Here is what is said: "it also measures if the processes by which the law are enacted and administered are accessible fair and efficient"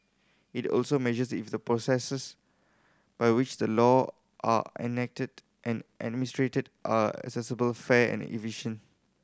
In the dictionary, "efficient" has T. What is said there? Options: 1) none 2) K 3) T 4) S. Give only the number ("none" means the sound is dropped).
1